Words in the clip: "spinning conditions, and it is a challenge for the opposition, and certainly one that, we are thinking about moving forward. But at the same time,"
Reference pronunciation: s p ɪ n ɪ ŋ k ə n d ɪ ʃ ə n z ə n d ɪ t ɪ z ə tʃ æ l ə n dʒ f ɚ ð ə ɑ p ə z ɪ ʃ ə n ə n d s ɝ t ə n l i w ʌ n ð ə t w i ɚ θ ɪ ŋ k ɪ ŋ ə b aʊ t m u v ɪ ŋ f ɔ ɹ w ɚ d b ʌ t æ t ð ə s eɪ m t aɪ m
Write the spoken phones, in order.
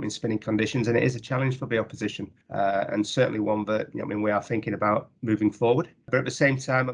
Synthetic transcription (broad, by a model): s p ɪ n ɪ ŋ k ə n d ɪ ʃ ə n z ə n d ɪ t ɪ z ə tʃ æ l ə n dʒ f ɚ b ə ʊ p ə z ɪ ʃ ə n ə n s ɝ t n l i w ʌ n ð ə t w i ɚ θ ɪ ŋ k ɪ ŋ ə b aʊ t m u v ɪ ŋ f ɔ ɹ w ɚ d b ʌ t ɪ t ð ə s eɪ m t aɪ m